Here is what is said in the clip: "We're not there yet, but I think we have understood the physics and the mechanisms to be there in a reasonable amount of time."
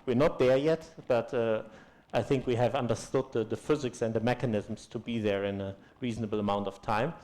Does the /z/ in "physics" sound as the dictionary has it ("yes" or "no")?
yes